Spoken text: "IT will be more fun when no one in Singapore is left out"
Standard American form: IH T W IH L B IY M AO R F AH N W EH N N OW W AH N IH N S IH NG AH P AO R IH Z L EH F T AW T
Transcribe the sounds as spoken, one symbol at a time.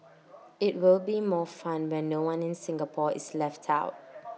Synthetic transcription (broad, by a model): IH T W IH L B IY M AO F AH N W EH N N OW W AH N IH N S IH NG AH P AO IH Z L EH F T AW T